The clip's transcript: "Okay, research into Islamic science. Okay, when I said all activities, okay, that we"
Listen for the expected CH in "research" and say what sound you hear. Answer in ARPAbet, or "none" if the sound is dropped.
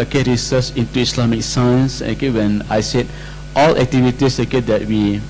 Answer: S